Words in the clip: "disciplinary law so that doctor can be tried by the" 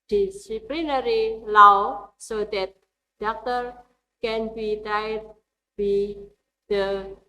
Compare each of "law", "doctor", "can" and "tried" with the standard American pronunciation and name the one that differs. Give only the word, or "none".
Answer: tried